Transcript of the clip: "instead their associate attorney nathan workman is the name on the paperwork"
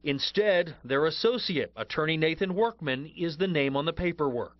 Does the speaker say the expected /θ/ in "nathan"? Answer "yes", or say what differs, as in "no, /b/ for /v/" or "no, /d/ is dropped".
yes